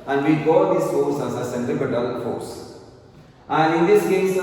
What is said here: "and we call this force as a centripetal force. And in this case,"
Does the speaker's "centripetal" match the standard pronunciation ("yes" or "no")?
no